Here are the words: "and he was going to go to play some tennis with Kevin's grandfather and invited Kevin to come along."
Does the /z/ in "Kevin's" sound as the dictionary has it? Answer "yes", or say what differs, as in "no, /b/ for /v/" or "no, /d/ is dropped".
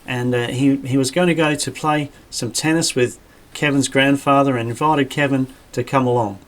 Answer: yes